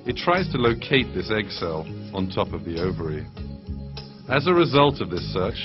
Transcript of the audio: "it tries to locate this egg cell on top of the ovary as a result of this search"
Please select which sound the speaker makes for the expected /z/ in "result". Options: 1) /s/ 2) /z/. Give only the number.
2